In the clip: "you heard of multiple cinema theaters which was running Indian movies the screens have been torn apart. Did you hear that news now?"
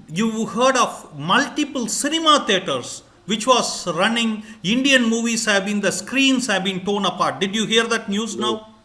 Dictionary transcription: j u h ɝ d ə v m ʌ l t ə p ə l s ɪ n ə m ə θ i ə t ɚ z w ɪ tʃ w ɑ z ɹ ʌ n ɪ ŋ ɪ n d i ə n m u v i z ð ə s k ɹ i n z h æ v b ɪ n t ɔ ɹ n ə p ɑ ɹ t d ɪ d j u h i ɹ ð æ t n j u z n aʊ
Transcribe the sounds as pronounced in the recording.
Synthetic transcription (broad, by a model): j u h ɝ d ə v m ʌ l t ə p ə l s ɪ n ə m ə t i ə t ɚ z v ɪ tʃ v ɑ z ɹ ʌ n ɪ ŋ ɪ n d i ə n m u v i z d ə s k ɹ i n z h æ v b ɪ n t ɔ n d ə p ɑ ɹ t d ɪ d j u h i ɹ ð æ t n j u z n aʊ